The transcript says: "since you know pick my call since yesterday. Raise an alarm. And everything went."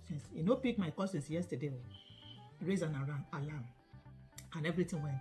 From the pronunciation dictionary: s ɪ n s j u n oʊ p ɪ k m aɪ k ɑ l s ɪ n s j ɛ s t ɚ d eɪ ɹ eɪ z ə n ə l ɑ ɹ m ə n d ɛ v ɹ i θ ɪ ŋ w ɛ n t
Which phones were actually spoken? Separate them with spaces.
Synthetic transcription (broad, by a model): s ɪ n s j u n oʊ p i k m aɪ k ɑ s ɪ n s j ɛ s t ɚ d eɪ ɹ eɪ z ə n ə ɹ ɑ l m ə n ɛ v ɹ i t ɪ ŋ w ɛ n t